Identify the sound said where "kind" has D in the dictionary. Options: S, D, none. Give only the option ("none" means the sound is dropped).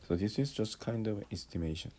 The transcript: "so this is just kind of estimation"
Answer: D